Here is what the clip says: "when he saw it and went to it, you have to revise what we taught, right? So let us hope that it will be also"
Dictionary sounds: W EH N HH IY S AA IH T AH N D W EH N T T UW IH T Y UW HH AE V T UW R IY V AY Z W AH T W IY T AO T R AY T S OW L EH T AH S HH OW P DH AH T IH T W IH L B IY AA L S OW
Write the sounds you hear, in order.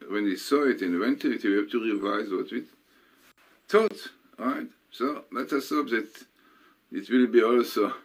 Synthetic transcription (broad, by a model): W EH N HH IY S AA IH T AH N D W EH N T T UW IH T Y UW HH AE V T UW R IY V AY Z W AH T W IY T AO T R AY T S OW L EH T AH S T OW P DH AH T IH T W IH L B IY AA L S OW